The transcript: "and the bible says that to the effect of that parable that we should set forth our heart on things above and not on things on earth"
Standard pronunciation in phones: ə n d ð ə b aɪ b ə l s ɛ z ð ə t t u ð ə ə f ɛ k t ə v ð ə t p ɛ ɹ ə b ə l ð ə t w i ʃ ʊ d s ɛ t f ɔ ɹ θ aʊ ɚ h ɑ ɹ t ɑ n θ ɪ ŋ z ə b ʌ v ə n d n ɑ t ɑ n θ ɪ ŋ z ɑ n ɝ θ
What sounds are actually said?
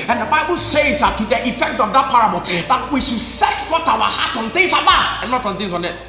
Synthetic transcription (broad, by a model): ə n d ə b aɪ b ə l s ɛ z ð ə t t u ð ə ə f ɛ k t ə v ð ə t p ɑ ɹ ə b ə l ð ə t w i ʃ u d s ɛ t f ɔ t aʊ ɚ h ɑ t ɑ n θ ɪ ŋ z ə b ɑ ə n n ɑ t ɑ n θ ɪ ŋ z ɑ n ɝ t